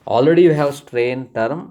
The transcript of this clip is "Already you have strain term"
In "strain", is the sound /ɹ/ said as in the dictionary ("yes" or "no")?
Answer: yes